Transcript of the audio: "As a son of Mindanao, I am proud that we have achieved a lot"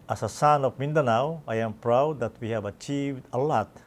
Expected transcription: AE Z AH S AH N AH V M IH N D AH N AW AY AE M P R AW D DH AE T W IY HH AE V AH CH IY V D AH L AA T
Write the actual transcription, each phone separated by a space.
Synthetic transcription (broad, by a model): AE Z AH S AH N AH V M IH N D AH N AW AY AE M P R AW D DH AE T W IY HH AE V AH CH IY V D AH L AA T